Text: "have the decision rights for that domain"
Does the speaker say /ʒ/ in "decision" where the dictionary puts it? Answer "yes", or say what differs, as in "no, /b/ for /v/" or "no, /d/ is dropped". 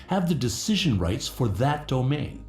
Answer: yes